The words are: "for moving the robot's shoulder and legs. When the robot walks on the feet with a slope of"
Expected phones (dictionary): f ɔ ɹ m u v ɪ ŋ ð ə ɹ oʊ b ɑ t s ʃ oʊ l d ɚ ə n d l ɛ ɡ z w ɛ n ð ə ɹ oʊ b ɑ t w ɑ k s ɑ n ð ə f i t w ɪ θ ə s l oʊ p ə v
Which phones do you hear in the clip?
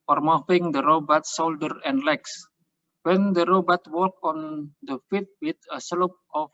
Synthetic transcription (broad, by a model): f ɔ ɹ m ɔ f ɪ ŋ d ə ɹ oʊ b ɑ t s oʊ l d ɚ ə n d l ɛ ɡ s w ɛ n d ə ɹ oʊ b ɑ t w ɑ k ɑ n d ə f i t w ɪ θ ə s l oʊ p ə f